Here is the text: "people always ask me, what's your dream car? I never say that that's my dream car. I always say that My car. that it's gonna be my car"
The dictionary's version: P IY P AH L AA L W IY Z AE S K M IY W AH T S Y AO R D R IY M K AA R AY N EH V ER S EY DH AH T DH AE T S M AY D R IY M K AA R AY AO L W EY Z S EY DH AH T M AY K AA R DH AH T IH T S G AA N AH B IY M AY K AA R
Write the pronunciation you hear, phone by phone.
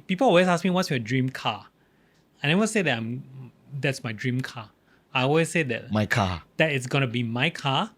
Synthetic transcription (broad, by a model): P IY P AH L AA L W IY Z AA S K M IY W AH T S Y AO D R IY M K AA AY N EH W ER S EY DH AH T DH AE T S M AY D R IY M K AA AY AO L W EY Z S EY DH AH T M AY K AA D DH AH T IH T S G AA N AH B IY M AY K AA